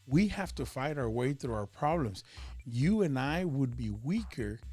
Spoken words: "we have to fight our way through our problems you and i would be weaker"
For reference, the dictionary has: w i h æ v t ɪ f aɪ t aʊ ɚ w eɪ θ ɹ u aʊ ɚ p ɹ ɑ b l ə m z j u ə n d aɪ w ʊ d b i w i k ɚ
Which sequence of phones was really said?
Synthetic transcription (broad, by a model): w i h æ f t ɪ f aɪ t aʊ ɚ w eɪ θ ɹ u aʊ ɚ p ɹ ɑ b l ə m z j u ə n aɪ w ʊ d b i w i k ɚ